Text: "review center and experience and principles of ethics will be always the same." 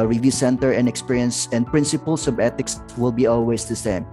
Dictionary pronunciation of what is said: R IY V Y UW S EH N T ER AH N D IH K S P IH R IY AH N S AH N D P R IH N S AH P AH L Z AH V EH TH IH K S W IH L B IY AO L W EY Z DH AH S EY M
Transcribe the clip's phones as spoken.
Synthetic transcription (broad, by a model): R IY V Y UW S EH N T ER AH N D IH K S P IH R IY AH N S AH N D P R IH N S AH P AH L S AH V EH T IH K S W IH L B IY AO L W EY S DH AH S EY M